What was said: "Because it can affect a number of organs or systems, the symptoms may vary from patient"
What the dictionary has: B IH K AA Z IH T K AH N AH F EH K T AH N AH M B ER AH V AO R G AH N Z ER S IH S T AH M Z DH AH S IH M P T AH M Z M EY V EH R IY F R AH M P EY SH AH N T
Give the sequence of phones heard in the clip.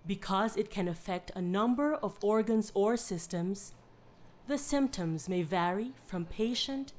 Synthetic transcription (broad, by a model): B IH K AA Z IH T K AH N AH F EH K T AH N AH M B ER AH V AO R G AH N Z ER S IH S T AH M Z DH AH S IH M P T AH M Z M EY V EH R IY F R AH M P EY SH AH N T